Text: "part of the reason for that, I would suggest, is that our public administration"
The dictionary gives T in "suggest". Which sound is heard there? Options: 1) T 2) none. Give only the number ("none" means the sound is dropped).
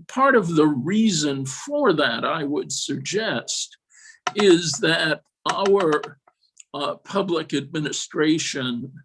1